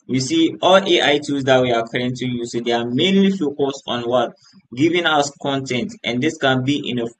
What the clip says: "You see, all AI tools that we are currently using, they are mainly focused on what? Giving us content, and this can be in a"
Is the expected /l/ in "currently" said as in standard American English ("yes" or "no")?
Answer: no